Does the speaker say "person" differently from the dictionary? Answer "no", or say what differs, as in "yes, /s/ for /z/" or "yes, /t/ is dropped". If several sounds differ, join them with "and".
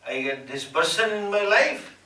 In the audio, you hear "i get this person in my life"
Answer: yes, /b/ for /p/